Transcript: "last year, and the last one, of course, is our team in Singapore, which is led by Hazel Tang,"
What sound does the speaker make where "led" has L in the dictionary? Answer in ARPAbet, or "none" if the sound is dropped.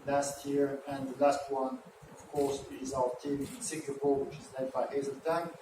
N